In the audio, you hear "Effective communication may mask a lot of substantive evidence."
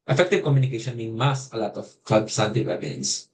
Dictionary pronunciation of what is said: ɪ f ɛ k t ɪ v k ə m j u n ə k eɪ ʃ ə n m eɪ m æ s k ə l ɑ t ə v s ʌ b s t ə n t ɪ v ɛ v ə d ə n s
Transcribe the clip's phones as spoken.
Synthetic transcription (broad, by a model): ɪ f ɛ k t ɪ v k ə m j u n ə k eɪ ʃ ə n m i m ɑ s ə l ɑ t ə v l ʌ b s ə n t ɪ w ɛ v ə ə n s